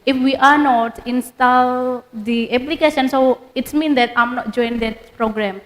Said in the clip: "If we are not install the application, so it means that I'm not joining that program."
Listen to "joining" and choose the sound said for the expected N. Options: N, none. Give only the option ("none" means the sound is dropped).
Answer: none